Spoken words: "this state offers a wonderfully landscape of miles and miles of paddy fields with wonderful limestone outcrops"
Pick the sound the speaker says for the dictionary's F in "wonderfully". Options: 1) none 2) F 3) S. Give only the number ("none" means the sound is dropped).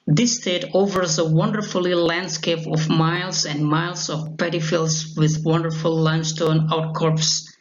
2